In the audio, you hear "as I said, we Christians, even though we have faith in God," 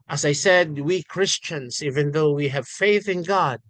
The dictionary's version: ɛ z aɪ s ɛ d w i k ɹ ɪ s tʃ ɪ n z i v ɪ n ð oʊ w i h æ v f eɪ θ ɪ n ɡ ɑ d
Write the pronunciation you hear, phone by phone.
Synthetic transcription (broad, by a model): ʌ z aɪ s ɛ d w i k ɹ ɪ s tʃ ɪ n z i v ɪ n ð oʊ w i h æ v f eɪ θ ɪ n ɡ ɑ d